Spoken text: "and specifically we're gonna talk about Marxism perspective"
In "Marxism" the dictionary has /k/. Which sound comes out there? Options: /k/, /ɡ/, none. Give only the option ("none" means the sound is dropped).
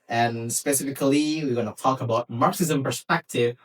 /k/